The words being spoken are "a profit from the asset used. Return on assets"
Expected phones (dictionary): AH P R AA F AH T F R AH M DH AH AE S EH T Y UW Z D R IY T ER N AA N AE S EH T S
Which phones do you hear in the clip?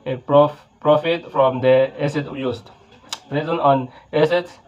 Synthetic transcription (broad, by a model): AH P R AA F AH T F R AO M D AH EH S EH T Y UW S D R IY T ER N AA N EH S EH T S